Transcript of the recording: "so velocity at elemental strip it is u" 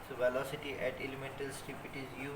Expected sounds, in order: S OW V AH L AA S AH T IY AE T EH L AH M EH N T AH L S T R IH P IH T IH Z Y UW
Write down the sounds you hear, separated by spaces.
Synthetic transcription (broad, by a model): S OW V AH L AA S AH T IY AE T EH L AH M EH N T AH L S T IH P IH T IH Z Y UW